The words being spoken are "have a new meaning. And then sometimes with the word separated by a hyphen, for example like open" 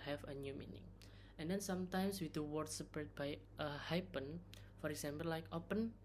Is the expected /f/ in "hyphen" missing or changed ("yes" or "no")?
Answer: yes